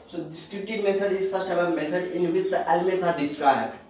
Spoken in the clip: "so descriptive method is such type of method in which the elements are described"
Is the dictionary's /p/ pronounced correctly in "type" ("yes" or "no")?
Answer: no